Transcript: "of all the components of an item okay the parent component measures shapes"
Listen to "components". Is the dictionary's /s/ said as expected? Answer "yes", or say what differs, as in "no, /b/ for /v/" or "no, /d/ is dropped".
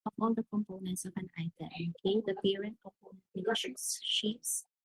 yes